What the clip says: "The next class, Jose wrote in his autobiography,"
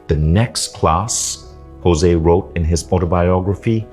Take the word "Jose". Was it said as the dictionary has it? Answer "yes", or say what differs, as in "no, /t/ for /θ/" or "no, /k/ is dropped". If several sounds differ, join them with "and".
yes